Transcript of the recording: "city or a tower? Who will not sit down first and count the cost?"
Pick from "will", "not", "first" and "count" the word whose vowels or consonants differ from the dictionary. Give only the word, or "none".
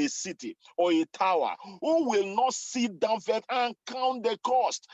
first